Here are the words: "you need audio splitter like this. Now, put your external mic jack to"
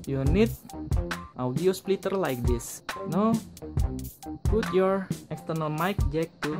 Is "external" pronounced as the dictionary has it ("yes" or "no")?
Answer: yes